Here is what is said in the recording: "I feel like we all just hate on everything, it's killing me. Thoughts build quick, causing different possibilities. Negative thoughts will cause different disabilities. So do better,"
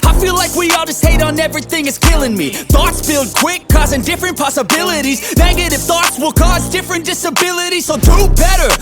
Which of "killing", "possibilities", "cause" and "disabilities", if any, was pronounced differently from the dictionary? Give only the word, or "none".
none